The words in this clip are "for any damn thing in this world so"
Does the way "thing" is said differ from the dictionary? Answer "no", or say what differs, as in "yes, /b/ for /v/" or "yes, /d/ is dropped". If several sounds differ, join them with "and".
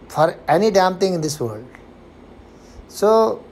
yes, /t/ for /θ/